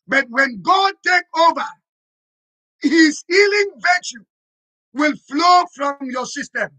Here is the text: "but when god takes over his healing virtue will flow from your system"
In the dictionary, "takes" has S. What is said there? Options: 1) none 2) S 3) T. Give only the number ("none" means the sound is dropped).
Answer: 1